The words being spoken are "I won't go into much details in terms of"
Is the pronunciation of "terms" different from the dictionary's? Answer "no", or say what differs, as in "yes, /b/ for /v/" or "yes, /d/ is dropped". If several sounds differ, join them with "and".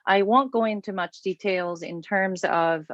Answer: no